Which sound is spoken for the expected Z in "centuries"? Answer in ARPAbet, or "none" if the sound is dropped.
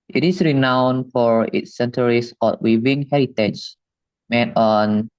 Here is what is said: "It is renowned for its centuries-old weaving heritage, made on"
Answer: S